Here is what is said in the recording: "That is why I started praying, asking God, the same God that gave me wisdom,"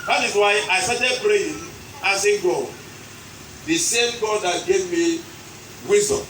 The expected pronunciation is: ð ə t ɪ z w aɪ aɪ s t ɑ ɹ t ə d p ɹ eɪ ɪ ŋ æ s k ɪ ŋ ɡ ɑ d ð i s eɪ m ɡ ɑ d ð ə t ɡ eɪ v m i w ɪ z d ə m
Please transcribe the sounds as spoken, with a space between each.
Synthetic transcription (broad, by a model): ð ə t ɪ z w aɪ aɪ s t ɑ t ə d b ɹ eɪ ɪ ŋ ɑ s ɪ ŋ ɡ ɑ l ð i s eɪ m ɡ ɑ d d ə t ɡ eɪ v m i w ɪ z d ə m